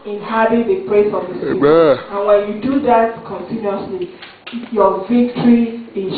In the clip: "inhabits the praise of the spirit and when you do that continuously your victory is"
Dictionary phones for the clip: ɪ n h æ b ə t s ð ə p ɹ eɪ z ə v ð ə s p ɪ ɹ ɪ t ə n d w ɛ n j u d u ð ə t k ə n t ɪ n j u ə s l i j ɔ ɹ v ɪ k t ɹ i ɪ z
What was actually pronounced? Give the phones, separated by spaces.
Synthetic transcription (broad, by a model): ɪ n h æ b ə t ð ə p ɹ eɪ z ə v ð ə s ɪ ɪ ə n w ɛ n j u d u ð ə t k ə n t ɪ n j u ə s l i j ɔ v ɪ k t ɹ i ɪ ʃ